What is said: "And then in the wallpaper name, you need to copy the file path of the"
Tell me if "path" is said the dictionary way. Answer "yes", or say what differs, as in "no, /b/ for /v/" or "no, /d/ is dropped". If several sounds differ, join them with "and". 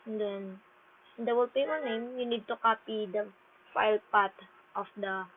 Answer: no, /t/ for /θ/